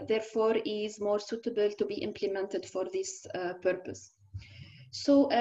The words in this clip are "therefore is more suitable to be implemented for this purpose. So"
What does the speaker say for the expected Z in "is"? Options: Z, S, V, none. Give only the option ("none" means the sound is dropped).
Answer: Z